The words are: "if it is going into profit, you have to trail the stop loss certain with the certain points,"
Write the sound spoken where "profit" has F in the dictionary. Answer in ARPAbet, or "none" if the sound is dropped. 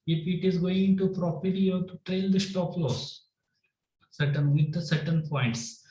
P